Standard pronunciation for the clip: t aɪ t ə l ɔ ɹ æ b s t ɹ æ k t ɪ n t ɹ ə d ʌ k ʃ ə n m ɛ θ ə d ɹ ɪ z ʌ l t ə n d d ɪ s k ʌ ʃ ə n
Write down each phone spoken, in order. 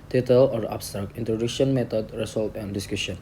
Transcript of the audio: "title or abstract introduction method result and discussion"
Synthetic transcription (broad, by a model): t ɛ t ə l ɔ ɹ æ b s t ɹ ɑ k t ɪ n t ɹ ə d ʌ k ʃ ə n m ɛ t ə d ɹ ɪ s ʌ l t ə n d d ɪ s k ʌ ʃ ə n